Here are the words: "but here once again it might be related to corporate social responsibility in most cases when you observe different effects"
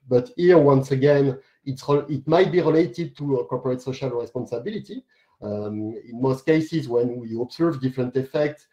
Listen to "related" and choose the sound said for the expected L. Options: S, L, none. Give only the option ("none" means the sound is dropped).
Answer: L